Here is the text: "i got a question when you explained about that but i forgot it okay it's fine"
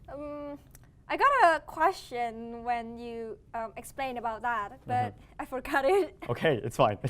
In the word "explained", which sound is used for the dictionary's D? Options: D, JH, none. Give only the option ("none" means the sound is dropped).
none